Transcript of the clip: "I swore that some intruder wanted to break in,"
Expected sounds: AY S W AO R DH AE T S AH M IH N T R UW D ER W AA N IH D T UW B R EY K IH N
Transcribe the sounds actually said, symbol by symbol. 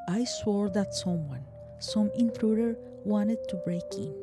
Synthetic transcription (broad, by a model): AY S W AO R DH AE T S AH M IH N T R UW D ER W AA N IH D T UW B R EY K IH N